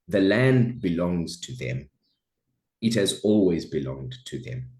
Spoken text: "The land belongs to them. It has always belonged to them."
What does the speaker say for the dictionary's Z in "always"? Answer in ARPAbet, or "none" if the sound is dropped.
Z